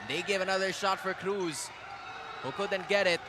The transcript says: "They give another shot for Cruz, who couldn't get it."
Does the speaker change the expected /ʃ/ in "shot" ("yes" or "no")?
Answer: no